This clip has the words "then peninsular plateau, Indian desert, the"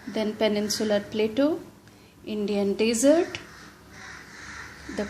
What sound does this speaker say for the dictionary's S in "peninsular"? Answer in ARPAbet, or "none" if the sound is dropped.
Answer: S